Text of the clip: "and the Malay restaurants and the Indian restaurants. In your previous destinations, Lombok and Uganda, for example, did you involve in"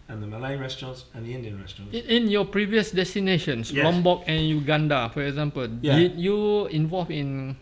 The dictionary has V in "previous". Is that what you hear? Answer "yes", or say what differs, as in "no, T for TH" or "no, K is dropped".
yes